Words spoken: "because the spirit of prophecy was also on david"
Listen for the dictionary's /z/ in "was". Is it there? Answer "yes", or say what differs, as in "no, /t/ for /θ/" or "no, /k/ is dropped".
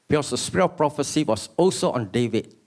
no, /s/ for /z/